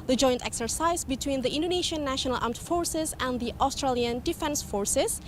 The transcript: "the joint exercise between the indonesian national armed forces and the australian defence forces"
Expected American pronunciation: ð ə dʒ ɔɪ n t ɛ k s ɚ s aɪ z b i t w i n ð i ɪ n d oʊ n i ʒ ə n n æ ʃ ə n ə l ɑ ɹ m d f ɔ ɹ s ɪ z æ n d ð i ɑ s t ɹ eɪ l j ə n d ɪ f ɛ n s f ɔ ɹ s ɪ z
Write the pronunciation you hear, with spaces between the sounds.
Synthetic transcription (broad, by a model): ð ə dʒ ɔɪ n t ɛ k s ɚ s aɪ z b i t w i n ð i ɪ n d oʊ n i ʃ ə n n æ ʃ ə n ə l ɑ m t f ɔ ɹ s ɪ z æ n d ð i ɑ s t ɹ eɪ l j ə n d ɪ f ɛ n s f ɔ ɹ s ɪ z